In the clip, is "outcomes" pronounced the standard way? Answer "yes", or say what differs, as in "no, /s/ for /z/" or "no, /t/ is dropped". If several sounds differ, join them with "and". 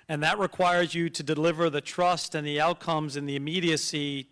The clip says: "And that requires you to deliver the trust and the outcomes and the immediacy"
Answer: yes